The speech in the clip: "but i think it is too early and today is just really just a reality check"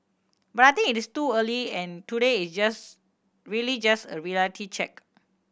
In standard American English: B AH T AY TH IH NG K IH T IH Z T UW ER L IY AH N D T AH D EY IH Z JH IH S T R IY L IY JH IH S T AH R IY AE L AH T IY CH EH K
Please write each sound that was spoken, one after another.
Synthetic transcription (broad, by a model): B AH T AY T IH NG IH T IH S T UW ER L IY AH N T AH D EY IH S JH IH S R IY L IY JH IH S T AH R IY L T IY CH EH K